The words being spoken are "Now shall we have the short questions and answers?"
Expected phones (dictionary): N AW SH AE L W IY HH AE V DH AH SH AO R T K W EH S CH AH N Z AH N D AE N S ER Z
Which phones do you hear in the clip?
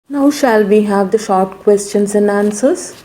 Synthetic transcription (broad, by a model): N AW SH AE L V IY HH AE V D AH SH AO R T K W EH S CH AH N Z AH N D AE N S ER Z